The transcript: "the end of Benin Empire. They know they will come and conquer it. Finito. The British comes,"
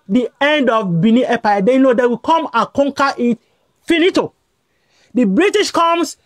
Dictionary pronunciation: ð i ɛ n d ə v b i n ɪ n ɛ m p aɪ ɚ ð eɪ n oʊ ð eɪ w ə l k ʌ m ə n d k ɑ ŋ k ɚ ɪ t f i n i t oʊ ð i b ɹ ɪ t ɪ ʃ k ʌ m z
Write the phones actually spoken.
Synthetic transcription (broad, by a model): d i ɛ n d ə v b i n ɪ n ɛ p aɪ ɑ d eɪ n oʊ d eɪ w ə k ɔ m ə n k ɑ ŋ k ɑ ɪ t f i n i t oʊ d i b ɹ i t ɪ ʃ k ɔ m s